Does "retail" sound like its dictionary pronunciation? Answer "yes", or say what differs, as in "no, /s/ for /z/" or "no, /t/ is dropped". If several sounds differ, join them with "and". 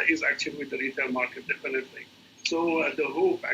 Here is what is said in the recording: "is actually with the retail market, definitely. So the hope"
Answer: no, /n/ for /l/